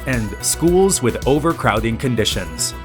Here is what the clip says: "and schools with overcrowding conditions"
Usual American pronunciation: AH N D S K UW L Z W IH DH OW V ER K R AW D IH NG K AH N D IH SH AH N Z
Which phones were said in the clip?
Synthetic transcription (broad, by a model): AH N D S K UW L Z W IH DH OW V ER K R AW D IH NG K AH N D IH SH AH N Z